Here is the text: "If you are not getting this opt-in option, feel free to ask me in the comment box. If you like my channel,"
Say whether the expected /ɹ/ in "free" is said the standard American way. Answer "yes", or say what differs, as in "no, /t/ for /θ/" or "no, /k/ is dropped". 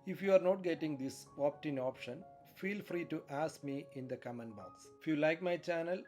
yes